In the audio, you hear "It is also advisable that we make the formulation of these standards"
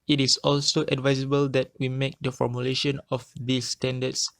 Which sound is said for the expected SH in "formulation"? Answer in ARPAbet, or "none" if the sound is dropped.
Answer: SH